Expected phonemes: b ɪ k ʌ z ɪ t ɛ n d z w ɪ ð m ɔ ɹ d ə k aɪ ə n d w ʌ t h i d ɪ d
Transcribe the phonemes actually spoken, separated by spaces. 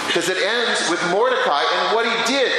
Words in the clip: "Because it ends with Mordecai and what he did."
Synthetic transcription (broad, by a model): k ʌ z ɪ t ɛ n d z w ɪ ð m ɔ ɹ d ə k aɪ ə n w ʌ t h i d ɪ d